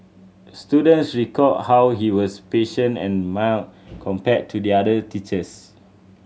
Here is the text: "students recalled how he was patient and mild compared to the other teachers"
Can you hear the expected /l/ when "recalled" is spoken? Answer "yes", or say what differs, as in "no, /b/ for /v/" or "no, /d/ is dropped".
no, /l/ is dropped